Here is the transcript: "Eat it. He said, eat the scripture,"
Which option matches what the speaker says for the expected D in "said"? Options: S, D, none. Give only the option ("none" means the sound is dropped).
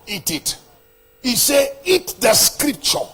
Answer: none